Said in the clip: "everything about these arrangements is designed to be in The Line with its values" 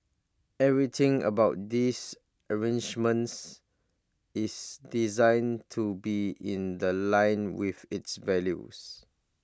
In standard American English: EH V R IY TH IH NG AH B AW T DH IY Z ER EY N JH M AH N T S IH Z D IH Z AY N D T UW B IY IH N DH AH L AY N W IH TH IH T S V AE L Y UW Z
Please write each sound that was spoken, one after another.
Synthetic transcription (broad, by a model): EH V R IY T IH NG AH B AW T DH IY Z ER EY N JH M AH N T S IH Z D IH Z AY N T UW B IY IH N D AH L AY N W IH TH IH T S V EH L Y UW S